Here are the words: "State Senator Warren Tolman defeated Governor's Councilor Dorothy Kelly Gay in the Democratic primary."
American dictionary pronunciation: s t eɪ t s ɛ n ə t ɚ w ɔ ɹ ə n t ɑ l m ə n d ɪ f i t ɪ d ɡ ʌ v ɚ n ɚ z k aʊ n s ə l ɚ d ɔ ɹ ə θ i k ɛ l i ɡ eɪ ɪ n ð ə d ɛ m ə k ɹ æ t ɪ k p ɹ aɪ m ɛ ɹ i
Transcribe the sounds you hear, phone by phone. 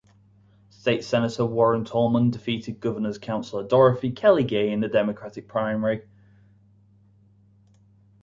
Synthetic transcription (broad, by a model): s t eɪ t s ɛ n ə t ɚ w ɔ ɹ ə n t ɑ l m ə n d ɪ f i t ɪ d ɡ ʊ v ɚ n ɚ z k aʊ n s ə l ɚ d ɔ ɹ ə f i k ɛ l i ɡ eɪ ɪ n ð ə d ɛ m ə k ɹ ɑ t ɪ k p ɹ aɪ m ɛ ɹ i